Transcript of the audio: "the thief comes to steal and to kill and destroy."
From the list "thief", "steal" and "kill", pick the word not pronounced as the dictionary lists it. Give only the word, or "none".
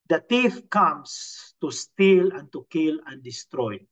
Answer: thief